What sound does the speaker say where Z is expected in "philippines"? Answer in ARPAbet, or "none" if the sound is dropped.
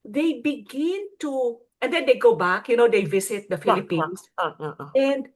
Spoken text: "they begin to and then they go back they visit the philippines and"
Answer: S